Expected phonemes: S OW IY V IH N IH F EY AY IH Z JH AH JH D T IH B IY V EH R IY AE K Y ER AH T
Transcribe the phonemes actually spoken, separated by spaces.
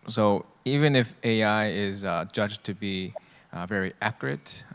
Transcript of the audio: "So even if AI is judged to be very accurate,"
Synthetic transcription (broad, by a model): S OW IY V IH N IH F EY AY IH Z JH AH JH T IH B IY V EH R IY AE K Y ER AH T